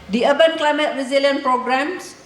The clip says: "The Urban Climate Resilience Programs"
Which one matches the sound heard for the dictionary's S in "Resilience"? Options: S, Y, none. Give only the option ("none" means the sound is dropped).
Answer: none